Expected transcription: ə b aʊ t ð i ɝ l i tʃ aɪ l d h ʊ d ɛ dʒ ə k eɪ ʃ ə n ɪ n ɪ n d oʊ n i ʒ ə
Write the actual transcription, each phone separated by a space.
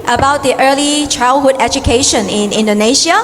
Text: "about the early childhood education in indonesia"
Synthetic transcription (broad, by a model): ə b aʊ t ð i ɝ l i tʃ aɪ l d h ʊ d ɛ dʒ ə k eɪ ʃ ə n ɪ n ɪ n d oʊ n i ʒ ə